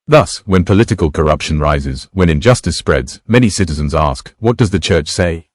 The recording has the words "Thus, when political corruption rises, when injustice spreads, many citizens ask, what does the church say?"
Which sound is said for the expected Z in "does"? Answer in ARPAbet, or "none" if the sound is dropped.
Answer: Z